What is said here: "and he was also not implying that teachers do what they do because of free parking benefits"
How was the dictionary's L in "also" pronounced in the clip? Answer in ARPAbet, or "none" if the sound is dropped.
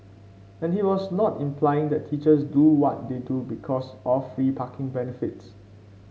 none